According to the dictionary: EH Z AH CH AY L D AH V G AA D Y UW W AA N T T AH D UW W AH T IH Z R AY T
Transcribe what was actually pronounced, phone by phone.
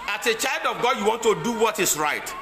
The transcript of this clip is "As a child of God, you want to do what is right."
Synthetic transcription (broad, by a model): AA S AH CH AY L D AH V G AA D Y UW W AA N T T AH D UW W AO T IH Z R AY T